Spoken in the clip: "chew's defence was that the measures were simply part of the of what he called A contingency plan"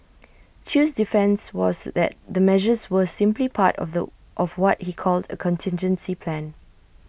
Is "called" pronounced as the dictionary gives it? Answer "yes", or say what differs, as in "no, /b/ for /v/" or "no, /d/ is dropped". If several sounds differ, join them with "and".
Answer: yes